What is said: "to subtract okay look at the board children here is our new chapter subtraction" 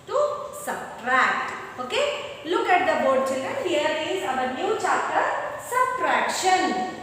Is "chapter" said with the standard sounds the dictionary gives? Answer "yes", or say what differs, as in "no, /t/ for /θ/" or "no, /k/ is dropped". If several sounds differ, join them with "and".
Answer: no, /p/ is dropped